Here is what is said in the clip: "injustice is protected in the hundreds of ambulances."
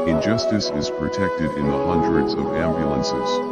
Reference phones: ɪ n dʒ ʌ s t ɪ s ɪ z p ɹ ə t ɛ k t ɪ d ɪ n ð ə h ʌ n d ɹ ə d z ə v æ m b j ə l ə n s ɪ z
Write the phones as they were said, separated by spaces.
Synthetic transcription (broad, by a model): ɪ n dʒ ʌ s t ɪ s ɪ z p ɹ ə t ɛ k t ɪ d ɪ n ð ə h ʌ n d ɹ ə d z ə v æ m b j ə l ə n s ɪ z